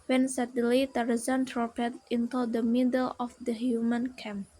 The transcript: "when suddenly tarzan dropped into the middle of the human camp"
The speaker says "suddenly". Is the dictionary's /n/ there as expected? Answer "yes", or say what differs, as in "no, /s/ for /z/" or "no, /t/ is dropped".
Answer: no, /n/ is dropped